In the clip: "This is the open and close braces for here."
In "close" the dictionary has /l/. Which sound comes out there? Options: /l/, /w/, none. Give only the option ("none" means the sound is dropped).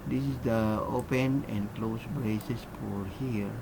/l/